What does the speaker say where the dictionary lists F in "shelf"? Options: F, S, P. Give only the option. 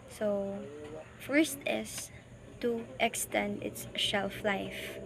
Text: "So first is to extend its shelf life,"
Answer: F